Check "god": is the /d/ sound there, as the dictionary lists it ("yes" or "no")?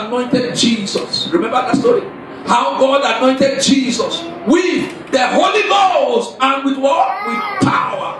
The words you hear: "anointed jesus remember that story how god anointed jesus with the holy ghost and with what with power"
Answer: yes